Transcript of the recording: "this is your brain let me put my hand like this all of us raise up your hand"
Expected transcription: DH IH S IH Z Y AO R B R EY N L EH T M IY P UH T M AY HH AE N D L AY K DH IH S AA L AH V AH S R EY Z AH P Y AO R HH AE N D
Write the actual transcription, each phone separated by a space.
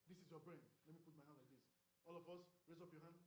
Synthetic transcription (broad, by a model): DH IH S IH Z Y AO B R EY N L EH T M IY P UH T M AY HH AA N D L AY K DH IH S AA L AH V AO S R EY Z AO P Y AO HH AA N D